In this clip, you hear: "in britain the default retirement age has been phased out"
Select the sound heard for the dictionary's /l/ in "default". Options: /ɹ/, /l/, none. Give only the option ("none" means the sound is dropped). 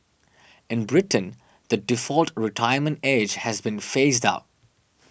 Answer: /l/